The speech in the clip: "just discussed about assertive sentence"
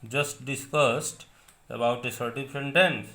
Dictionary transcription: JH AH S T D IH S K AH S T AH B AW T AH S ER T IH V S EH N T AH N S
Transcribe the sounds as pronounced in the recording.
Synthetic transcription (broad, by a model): JH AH S T D IH S K AH S T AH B AW T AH S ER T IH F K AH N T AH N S